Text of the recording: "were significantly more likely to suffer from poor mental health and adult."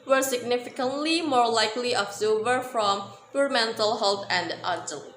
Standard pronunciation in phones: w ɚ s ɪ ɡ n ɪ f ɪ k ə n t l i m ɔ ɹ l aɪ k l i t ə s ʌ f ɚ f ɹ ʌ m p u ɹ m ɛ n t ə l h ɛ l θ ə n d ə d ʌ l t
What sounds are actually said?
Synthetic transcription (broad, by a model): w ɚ s ɪ ɡ n ɪ f ɪ k ə n t l i m ɔ ɹ l aɪ k l i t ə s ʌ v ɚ f ɹ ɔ m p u ɹ m ɛ n t ə l h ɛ l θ ə n d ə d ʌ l